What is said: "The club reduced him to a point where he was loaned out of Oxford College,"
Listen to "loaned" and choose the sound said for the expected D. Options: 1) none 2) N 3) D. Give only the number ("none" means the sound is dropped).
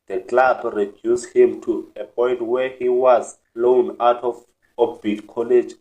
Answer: 1